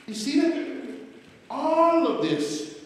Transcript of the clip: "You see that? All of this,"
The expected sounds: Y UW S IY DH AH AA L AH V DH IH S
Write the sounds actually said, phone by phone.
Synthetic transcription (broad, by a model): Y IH S IY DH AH AA L AH V DH IH S